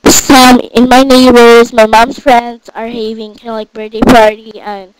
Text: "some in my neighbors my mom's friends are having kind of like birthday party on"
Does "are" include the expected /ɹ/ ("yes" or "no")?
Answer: yes